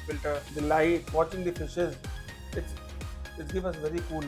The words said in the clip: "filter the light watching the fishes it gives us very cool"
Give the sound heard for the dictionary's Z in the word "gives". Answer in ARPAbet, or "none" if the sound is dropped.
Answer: none